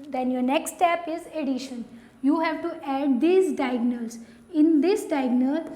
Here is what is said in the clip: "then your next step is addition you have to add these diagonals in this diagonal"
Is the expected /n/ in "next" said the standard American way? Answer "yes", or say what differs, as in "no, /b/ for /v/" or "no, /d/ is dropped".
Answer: yes